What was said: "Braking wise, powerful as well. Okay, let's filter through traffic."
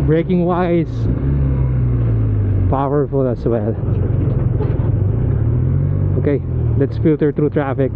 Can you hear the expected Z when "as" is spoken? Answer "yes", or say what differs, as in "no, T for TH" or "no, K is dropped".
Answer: no, S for Z